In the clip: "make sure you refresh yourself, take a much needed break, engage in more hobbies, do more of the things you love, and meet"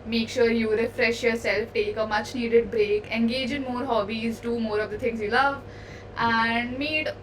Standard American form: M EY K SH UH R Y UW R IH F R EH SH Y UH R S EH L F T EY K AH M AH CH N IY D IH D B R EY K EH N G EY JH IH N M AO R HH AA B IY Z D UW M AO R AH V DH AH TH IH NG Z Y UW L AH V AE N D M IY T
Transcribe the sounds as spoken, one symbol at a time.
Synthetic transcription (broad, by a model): M EY K SH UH R Y UW R IH F R EH SH Y UH R S EH L F T EY K AH M AH CH N IY D IH D B R EY K EH N G EY JH IH N M AO R HH AA B IY Z D UW M AO R AH V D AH T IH NG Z Y UW L AH V AE N D M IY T